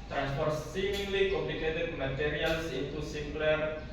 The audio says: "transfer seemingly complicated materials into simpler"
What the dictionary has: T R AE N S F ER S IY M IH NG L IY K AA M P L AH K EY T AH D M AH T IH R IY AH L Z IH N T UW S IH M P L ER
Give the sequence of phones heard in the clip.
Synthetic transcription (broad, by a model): T R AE N S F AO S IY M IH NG L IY K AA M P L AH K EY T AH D M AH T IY R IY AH L S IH T UW S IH M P L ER